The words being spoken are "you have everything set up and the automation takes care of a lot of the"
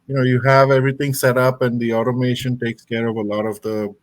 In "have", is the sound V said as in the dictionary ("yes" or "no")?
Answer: yes